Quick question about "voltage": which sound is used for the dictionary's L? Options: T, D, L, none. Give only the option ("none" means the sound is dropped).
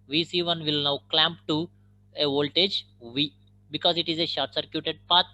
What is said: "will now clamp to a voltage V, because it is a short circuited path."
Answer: L